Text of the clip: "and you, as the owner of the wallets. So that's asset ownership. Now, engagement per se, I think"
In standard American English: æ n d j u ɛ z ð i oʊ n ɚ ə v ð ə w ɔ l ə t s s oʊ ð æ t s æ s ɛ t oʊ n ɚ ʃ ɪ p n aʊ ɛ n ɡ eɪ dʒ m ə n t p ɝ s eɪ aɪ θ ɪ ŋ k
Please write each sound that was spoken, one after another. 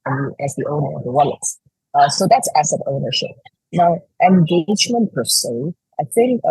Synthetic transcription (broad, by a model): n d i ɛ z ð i oʊ n ɚ ə v ð ə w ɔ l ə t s s oʊ ð æ t s æ s ɛ t oʊ n ɚ ʃ ɪ p n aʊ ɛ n ɡ eɪ dʒ m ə n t p ɝ s eɪ aɪ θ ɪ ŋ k